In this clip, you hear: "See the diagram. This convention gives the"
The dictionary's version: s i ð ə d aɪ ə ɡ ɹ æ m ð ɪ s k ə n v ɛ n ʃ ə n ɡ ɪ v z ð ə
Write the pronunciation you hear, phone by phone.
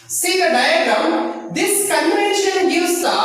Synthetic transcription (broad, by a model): s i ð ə d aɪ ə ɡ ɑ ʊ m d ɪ s k ə n v ɛ n ʃ ə n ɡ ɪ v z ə